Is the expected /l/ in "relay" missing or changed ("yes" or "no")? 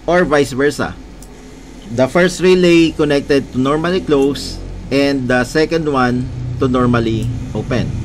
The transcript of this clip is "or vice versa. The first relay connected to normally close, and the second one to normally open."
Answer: no